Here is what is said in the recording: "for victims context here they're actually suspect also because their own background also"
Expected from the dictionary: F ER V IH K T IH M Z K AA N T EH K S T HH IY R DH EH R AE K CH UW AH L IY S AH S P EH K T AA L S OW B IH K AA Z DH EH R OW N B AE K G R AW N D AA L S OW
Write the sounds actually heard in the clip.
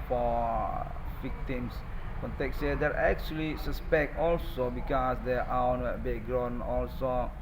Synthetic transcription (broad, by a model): F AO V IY K T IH M S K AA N T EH K S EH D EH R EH K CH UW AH L IY S AH S P EH K T AA L S OW B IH K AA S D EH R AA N B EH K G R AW N AA L S OW